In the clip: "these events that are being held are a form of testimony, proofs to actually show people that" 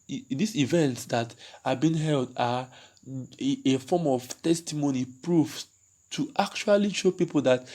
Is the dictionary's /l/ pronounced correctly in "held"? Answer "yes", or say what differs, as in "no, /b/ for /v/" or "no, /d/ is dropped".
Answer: yes